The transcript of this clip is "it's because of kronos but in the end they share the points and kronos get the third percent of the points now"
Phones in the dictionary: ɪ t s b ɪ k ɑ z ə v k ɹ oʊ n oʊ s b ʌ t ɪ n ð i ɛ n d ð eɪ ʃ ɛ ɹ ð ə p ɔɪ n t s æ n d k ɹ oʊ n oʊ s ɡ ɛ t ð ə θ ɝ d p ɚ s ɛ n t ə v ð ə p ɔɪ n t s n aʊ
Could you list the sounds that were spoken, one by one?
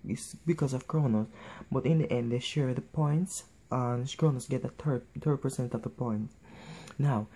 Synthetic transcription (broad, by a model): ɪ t s b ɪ k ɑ s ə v k ɹ oʊ n oʊ s b ʌ t ɪ n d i ɛ n d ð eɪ ʃ ɛ ɹ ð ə p ɔɪ n t s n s k ɹ oʊ n oʊ s ɡ ɛ t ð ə t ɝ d p ɚ s ɛ n t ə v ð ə p ɔɪ n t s n aʊ